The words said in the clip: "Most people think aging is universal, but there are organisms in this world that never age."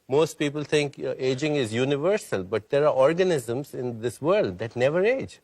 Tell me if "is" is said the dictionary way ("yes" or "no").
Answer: yes